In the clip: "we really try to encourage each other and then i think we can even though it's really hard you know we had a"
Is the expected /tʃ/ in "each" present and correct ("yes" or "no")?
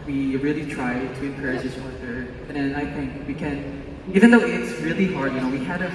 no